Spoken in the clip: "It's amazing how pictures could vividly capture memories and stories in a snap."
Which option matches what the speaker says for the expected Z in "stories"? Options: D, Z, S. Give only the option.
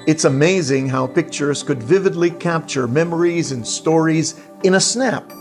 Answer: Z